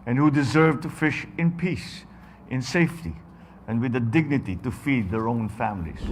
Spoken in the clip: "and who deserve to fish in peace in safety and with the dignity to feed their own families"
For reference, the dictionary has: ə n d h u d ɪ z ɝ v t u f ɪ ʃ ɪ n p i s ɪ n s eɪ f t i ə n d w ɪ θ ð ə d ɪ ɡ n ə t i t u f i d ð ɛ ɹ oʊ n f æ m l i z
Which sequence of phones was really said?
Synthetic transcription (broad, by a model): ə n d h u d ɪ z ɝ v t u f ɪ ʃ ɪ n p i s ɪ n s eɪ f t i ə n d w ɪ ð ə d ɪ ɡ n ə t i t u f i d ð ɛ ɹ oʊ n f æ m l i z